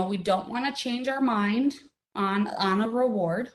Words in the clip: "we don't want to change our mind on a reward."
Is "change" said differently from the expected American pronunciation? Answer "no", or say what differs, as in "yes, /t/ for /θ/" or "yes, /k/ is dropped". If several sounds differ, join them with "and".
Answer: no